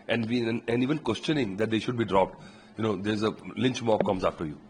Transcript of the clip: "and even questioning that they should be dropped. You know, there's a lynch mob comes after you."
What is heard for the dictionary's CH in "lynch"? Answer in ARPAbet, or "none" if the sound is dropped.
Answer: CH